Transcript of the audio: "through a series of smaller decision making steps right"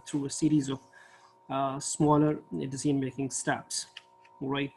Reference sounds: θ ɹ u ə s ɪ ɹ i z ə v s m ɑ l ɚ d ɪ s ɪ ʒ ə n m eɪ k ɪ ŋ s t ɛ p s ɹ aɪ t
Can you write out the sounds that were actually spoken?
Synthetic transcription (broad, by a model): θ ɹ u ə s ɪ ɹ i z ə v s m ɑ l ɚ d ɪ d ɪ z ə n m eɪ k ɪ ŋ s t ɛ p s ɹ aɪ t